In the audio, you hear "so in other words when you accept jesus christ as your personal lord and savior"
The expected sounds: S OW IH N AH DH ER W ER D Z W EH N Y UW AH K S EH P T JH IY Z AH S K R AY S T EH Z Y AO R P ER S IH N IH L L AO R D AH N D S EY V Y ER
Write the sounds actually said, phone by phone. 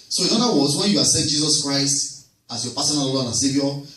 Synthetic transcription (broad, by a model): S OW IH N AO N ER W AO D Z W EH N Y UW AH S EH T JH IY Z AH S K R AY S T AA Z Y AO P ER S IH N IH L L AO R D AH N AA S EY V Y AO